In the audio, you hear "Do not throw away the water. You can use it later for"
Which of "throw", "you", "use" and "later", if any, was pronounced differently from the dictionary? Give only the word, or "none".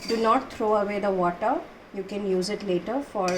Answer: throw